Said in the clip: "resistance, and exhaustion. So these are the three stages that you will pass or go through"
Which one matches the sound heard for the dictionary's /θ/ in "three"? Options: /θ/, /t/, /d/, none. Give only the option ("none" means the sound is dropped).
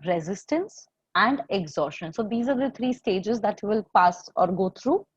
/t/